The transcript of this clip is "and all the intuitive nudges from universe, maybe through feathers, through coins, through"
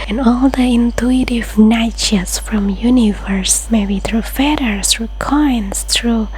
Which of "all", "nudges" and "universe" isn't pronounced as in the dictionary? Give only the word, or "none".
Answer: nudges